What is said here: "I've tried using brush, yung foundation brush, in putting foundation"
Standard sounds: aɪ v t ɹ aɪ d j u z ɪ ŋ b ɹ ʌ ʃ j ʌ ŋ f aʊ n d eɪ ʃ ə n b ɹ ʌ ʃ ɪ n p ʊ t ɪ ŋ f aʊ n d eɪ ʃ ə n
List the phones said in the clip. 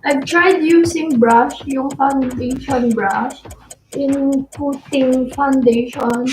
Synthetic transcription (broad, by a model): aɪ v t ɹ aɪ d j u s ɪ ŋ b ɹ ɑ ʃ j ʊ ŋ f aʊ n d eɪ ʃ ə n b ɹ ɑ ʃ ɪ n p ʊ t ɪ ŋ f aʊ n d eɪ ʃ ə n